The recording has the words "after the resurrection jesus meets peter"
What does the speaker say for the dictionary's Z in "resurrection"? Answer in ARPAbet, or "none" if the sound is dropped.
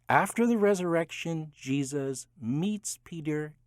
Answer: Z